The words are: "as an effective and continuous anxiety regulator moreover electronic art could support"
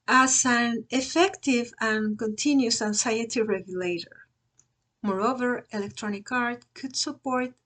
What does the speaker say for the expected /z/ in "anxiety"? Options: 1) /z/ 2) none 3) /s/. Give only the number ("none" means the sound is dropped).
3